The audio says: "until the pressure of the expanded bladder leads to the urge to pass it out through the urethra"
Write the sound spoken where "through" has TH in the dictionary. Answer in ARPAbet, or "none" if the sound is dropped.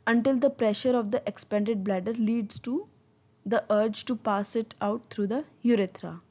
T